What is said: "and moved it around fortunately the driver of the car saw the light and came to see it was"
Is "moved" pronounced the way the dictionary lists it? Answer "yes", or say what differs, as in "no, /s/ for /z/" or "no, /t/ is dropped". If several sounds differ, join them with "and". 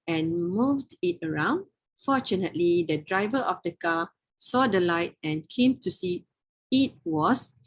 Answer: yes